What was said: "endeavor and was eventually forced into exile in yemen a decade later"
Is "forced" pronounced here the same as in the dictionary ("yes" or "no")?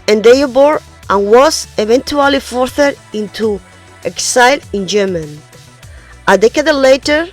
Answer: no